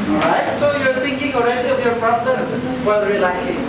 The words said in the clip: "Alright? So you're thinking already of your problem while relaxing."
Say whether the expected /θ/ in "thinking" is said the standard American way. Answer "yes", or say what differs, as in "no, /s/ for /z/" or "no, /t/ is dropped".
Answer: no, /t/ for /θ/